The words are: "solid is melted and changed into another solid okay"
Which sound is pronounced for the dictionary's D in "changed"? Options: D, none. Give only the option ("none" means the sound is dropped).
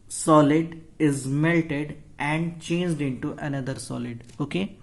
D